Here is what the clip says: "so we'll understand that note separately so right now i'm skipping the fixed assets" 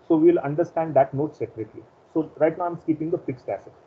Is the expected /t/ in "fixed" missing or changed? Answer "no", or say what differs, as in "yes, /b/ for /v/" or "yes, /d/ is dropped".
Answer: no